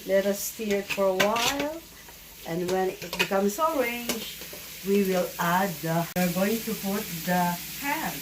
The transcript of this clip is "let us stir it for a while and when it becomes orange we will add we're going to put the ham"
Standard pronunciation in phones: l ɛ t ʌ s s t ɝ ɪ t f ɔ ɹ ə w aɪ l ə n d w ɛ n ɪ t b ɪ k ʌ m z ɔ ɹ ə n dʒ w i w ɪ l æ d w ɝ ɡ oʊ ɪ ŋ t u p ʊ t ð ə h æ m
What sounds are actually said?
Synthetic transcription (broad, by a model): l ɛ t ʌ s s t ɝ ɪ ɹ f ɔ ɹ ə w aɪ l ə n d w ɛ n ɪ t b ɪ k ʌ m s ɔ ɹ ə n dʒ w i w ɪ l æ d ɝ ɡ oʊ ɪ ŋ t u p ʊ t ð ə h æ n